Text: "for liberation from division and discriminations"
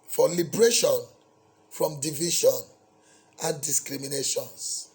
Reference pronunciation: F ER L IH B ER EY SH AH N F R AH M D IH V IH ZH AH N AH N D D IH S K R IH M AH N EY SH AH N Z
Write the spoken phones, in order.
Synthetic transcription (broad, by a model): F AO L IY B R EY SH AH N F R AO M D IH V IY SH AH N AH N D D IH S K R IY M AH N EY SH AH N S